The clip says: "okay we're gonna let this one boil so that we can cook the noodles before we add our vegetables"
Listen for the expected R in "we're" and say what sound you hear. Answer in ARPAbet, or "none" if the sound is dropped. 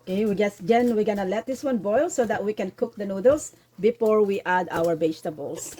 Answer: W